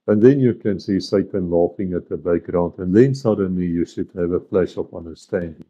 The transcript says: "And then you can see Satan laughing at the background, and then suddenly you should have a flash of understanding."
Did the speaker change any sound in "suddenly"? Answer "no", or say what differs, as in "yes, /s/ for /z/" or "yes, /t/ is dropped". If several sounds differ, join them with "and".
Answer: no